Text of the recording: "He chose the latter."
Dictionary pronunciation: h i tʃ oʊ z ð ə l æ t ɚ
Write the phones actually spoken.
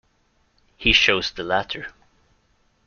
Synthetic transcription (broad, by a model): h i ʃ oʊ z ð ə l æ t ɚ